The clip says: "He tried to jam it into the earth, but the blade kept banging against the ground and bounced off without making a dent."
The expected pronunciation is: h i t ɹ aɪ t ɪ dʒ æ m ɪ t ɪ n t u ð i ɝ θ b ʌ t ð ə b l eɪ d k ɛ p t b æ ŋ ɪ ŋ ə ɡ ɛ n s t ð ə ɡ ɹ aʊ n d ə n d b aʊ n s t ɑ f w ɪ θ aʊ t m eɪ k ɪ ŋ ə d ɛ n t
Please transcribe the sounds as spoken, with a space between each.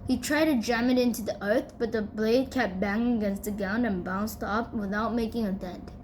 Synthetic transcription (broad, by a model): h i t ɹ aɪ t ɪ dʒ æ m ɪ t ɪ n t u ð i ɝ θ b ʌ t ð ə b l eɪ d k ɛ p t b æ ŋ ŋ ə ɡ ɛ n s t ð ə ɡ aʊ n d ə n b aʊ n s t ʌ p w ɪ θ aʊ t m eɪ k ɪ ŋ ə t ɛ n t